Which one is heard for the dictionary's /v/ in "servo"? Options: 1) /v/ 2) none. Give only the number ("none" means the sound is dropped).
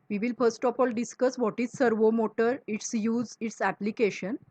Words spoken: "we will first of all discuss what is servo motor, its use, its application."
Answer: 1